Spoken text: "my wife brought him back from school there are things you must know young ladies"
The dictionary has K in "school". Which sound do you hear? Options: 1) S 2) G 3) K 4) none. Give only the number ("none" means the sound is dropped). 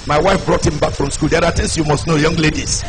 3